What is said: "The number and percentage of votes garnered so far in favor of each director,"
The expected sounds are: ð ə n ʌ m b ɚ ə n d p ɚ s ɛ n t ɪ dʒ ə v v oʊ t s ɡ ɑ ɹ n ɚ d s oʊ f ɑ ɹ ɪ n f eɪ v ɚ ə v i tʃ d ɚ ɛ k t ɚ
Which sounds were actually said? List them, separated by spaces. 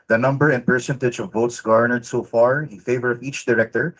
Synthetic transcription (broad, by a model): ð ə n ʌ m b ɚ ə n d p ɚ s ɛ n t ɪ dʒ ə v v oʊ t s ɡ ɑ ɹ n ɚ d s oʊ f ɑ ɹ ɪ n f eɪ v ɚ ə v i tʃ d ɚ ɛ k t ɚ